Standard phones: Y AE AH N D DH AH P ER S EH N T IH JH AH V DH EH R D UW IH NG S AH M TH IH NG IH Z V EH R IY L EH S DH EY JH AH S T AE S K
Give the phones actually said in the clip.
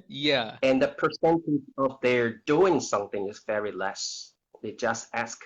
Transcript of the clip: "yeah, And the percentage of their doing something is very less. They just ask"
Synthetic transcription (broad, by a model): Y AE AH N DH AH P ER S EH N T IH JH AH V DH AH R D UW IH NG S AH M TH IH NG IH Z V EH R IY L EH S DH EY JH AH S T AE S K